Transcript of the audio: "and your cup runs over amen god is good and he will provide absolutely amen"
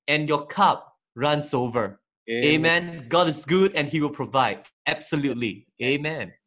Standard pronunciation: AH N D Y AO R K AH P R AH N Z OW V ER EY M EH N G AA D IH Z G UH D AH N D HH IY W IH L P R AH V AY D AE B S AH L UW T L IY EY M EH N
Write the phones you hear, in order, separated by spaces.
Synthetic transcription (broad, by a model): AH N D Y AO K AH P R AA N S OW V ER EY M EH N G AA D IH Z G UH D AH N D HH IY W IH L P R AH V AY D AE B S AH L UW T L IY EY M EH N